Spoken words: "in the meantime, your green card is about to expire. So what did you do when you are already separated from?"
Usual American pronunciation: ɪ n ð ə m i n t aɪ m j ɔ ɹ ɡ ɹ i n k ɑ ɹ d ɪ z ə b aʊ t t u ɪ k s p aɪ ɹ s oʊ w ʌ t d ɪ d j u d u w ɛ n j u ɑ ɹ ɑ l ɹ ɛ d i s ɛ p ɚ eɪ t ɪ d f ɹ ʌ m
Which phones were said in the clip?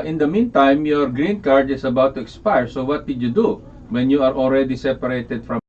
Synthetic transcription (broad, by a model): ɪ n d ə m i n t aɪ m j ɔ ɹ ɡ ɹ i n k ɑ ɹ d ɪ s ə b aʊ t t u ɪ k s p aɪ ɹ s oʊ w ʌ t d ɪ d j u d u w ɛ n j u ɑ ɹ ɑ l ɹ ɛ d i s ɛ p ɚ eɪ t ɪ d f ɹ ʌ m